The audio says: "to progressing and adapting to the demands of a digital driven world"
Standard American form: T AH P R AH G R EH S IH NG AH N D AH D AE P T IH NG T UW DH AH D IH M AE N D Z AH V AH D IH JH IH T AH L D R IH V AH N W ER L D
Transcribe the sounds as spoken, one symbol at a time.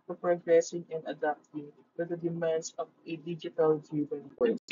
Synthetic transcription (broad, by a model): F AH P R AH G R EH S IH NG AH N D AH D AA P T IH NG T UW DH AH D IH M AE N D S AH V AH D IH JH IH T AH L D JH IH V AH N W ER